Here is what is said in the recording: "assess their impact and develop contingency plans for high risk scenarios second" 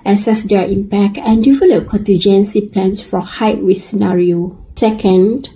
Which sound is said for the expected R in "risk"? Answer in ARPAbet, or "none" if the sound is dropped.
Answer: W